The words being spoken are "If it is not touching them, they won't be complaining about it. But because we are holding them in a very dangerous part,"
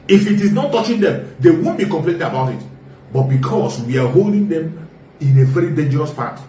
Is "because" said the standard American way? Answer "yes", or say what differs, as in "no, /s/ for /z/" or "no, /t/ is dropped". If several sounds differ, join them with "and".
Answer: no, /s/ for /z/